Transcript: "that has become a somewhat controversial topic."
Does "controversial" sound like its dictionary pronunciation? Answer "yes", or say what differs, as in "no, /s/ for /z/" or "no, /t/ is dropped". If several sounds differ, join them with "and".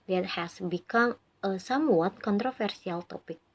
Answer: no, /f/ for /v/ and /s/ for /ʃ/